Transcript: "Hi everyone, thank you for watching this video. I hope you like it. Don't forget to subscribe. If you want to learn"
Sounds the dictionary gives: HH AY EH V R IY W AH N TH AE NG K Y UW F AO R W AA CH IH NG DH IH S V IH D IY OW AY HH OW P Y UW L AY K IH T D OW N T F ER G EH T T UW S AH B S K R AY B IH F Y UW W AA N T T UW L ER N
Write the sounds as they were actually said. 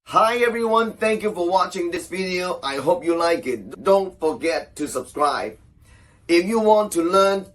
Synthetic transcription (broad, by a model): HH AY EH V R IY W AH N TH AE NG K Y UW F AO R W AA CH IH NG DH IH S V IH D IY OW AY HH OW P Y UW L AY K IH T D OW N T F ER G EH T T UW S AH B S K R AY B IH F Y UW W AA N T T UW L ER N